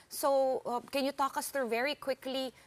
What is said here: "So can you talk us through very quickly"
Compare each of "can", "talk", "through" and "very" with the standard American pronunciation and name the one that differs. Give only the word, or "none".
through